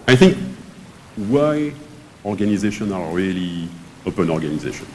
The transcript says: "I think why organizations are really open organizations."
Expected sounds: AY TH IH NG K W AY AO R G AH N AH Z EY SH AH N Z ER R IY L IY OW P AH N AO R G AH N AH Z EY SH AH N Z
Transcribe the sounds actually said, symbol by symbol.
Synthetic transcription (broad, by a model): AY TH IH NG K W AY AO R G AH N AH Z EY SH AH N ER R IY L IY OW P AH N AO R G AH N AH Z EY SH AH N